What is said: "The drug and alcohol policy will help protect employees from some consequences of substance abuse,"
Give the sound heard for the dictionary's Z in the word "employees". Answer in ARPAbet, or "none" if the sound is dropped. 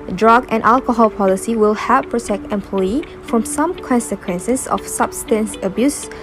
none